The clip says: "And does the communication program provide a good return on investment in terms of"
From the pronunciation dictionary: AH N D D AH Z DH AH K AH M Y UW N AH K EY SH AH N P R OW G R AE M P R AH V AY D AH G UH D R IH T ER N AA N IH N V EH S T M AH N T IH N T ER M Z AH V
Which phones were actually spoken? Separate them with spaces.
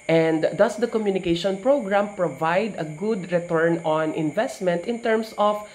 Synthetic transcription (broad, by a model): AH N D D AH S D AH K AH M Y UW N AH K EY SH AH N P R OW G R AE M P R AH V AY D AH G UH D R IH T ER N AA N IH N V EH S T M AH N T IH N T ER M S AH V